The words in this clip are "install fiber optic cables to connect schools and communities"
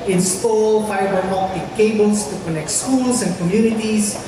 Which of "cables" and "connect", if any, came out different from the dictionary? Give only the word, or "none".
cables